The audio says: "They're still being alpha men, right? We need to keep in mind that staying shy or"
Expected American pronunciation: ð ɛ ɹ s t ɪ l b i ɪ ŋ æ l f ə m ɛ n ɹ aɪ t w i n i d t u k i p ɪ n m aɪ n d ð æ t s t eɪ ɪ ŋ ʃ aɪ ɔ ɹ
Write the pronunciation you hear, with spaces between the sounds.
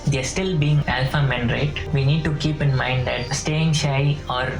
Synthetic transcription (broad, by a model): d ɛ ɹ s t ɪ l b i ɪ ŋ æ l f ə m ɛ n ɹ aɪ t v i n i d t u k i p ɪ n m aɪ n d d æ t s t eɪ ɪ ŋ ʃ aɪ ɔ ɹ